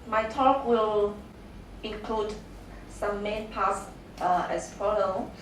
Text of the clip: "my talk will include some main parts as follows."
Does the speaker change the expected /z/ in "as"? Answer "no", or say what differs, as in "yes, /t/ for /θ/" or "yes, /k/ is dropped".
yes, /s/ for /z/